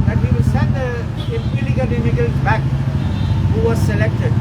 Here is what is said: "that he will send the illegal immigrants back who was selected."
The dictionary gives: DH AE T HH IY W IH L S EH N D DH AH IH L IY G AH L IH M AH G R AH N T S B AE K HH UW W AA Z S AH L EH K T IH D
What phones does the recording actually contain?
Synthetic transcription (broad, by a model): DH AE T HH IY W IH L S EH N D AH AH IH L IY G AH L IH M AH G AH L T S B AE K HH UW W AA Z S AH L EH K T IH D